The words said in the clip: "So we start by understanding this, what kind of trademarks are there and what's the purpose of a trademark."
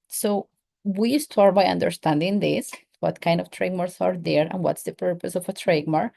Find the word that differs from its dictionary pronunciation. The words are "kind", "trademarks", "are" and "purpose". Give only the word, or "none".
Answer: trademarks